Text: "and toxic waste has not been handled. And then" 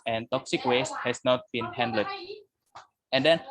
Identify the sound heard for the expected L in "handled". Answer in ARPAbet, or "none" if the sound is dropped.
none